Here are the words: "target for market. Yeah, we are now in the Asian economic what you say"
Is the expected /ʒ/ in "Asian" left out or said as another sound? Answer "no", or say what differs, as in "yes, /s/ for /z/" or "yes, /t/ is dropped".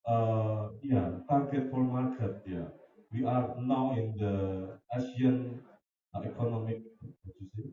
yes, /s/ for /ʒ/